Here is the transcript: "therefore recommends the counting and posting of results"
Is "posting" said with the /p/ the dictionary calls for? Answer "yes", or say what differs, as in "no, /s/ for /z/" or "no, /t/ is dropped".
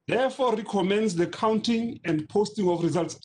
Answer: yes